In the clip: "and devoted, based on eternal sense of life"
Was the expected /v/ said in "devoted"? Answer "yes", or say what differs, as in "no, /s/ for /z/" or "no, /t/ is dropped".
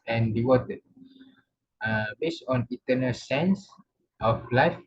no, /w/ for /v/